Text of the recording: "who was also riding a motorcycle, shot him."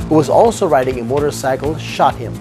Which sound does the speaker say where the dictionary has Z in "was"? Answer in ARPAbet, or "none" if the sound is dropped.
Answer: Z